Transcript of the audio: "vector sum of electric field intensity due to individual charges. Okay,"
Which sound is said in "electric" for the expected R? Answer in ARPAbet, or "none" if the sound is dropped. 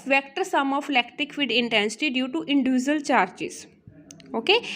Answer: none